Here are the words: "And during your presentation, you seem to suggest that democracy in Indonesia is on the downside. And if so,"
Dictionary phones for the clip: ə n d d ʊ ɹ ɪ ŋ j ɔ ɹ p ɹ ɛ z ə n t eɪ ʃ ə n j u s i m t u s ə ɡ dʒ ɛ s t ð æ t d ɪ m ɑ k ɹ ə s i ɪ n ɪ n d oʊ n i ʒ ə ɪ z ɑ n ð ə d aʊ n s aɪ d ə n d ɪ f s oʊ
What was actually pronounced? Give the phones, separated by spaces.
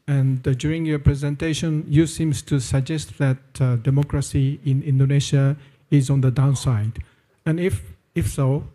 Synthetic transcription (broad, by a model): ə n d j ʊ ɹ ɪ ŋ j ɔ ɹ p ɹ ɛ z ə n t eɪ ʃ ə n j u s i m t u s ə ɡ dʒ ɛ s t ð æ t d ɪ m ɑ k ɹ ə s i ɪ n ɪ n d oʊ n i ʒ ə ɪ z ɑ n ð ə d aʊ n s aɪ d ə n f ɪ f s oʊ